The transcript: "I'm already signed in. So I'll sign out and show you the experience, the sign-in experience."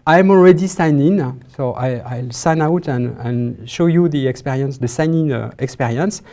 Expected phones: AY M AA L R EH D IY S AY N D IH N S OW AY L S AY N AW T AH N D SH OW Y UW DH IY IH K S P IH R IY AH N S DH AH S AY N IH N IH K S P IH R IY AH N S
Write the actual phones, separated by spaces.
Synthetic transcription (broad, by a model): AY M AA L R EH D IY S AY N IH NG S OW AY L S AY N AW T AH N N SH OW Y UW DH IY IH K S P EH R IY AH N S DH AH S AY N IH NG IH K S P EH R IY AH N S